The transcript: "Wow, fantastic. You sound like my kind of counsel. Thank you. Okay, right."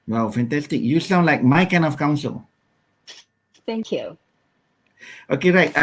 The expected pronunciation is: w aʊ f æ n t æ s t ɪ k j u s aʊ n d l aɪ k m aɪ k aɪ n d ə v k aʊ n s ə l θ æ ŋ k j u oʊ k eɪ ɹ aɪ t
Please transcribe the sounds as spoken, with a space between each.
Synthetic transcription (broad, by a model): w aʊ f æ n t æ s t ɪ k j u s aʊ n l aɪ k m aɪ k aɪ n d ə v k aʊ n s ə l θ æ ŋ k j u oʊ k eɪ ɹ aɪ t